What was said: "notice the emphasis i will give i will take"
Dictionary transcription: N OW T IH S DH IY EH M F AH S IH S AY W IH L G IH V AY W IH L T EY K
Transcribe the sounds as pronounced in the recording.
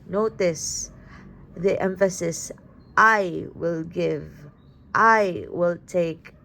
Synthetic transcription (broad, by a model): N OW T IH S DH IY EH M F AH S IH S AY W IH L G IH V AY W IH L T EY K